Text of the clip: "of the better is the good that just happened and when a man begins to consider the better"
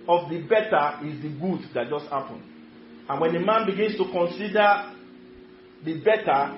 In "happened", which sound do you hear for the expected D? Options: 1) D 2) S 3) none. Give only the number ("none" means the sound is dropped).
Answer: 3